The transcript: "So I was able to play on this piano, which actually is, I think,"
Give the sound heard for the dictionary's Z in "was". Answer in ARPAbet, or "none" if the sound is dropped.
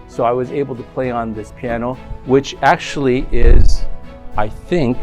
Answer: Z